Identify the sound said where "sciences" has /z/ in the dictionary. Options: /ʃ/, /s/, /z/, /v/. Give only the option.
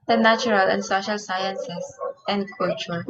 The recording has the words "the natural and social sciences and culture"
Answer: /s/